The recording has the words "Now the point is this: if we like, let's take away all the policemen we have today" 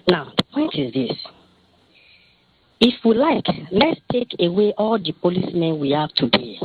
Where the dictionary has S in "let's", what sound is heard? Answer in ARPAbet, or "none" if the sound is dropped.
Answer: S